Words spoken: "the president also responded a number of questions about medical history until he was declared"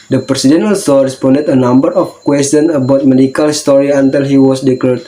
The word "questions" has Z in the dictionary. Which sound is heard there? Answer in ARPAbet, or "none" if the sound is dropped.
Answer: none